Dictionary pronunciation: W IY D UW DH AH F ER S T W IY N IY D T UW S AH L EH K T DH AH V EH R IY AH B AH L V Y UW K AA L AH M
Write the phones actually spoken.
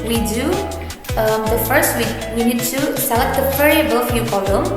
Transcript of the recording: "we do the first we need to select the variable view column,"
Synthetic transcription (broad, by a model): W IY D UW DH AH F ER S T W IY N IY D T UW S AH L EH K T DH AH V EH R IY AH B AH L F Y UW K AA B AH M